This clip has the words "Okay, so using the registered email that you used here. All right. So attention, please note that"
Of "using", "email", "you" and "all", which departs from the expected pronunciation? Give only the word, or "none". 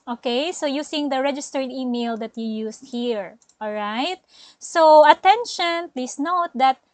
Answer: using